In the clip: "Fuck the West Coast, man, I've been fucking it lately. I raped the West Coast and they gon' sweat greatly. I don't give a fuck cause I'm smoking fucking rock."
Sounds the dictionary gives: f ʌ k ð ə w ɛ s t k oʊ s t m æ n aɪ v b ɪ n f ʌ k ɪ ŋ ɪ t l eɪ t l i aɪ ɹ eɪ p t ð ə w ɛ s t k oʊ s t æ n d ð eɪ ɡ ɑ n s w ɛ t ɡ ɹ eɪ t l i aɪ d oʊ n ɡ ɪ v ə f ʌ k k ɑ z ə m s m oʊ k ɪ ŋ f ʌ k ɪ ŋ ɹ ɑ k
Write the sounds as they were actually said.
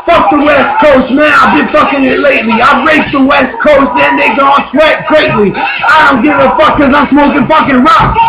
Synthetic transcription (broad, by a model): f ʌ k ð ə w ɛ s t k oʊ s t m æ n aɪ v b ɪ n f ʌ k ɪ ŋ ɪ t l eɪ t l i aɪ ɹ eɪ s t ð ə w ɛ s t k oʊ s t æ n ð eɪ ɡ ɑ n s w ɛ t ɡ ɹ eɪ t l i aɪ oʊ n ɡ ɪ ə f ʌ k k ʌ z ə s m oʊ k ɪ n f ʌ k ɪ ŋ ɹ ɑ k